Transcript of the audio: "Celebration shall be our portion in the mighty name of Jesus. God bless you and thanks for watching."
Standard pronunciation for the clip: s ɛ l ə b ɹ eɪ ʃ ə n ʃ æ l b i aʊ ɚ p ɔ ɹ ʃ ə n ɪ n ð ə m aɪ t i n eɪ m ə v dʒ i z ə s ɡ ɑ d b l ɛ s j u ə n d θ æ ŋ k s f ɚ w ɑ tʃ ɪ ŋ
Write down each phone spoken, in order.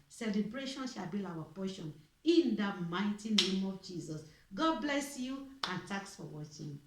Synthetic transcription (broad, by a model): s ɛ l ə b ɹ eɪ ʃ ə n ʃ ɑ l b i aʊ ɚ p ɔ ʃ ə n ɪ n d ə m aɪ t i n eɪ m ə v dʒ i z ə s ɡ ɑ d b l ɛ s j u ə n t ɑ k s f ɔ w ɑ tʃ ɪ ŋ